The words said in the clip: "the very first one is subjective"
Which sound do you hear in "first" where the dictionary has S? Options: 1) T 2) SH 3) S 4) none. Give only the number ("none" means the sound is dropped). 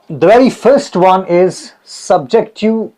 3